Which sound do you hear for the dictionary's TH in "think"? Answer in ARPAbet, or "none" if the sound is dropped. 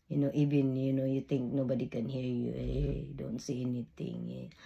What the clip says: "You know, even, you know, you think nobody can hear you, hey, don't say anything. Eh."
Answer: T